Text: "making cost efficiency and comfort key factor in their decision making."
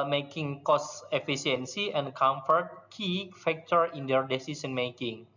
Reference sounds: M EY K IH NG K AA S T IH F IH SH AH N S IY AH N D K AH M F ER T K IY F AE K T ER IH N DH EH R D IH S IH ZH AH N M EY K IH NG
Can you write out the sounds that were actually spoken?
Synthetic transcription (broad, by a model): M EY K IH NG K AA S IH F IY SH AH N S IY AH N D K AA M F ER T K IY F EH K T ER IH N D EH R D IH S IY S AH N M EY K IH NG